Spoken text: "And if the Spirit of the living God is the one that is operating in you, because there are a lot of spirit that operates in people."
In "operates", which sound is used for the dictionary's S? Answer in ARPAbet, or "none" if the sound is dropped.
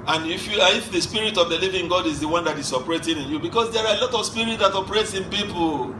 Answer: S